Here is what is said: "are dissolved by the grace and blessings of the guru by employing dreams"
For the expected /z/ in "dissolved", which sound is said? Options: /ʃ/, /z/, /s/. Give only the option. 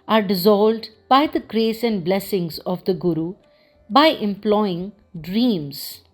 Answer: /z/